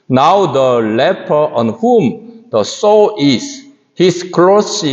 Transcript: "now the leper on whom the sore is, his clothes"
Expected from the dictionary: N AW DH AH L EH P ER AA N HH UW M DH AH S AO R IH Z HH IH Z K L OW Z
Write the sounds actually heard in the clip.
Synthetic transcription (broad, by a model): N AW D AH L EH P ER AA N HH UW M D AH S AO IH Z HH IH S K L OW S